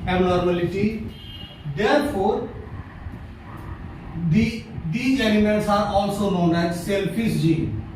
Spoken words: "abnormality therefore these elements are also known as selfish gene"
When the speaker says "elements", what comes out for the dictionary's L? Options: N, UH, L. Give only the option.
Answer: N